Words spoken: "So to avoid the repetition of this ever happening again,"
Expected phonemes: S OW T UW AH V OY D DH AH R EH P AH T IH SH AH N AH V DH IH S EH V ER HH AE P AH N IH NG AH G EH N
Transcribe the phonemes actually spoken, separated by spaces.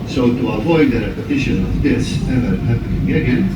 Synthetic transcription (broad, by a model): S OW T UW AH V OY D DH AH R EH P AH T IH SH AH N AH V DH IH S EH V ER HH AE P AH IH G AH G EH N